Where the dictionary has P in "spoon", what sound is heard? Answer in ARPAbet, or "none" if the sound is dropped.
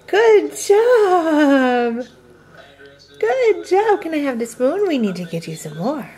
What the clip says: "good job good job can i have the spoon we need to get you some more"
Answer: B